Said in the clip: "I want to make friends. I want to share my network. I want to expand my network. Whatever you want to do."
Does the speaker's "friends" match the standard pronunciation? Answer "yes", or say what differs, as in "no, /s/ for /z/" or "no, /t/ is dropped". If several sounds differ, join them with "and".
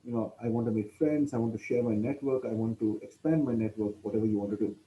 no, /s/ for /z/